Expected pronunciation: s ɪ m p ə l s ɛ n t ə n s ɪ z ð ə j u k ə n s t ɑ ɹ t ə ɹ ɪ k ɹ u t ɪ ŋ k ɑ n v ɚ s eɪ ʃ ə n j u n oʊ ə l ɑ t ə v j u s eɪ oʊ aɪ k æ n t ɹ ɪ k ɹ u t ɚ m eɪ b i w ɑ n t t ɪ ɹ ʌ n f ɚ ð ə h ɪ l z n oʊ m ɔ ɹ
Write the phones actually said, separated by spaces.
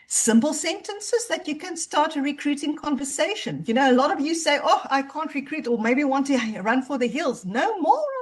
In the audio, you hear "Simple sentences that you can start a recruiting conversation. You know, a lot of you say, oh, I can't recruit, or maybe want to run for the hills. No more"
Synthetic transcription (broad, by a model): s ɪ m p l s ɛ n t ə n s ɪ z ð ə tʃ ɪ k ə n s t ɑ ɹ t ə ɹ ɪ k ɹ u t ɪ ŋ k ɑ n v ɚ s eɪ ʃ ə n j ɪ n oʊ ə l ɑ t ə v j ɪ s eɪ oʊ aɪ k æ n t ɹ ɪ k ɹ u t ɚ m eɪ b i w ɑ n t t ɪ ɹ ʌ n f ɚ ð ə h ɪ l z n oʊ m ɔ ɹ